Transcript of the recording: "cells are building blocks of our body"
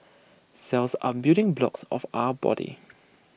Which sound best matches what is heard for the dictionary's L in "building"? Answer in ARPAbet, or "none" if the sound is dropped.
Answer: none